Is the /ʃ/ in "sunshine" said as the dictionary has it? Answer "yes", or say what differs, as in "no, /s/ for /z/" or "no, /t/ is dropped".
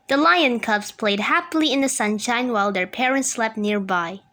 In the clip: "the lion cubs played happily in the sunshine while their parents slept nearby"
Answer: yes